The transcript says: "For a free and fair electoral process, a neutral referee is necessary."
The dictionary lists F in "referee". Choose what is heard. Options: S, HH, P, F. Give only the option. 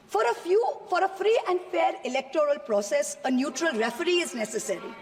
F